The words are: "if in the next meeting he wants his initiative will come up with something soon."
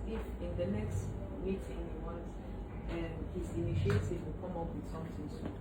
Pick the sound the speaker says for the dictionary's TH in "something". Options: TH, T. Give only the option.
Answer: T